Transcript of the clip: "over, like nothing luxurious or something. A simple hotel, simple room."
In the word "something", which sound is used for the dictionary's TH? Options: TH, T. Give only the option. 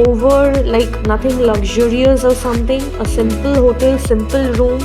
T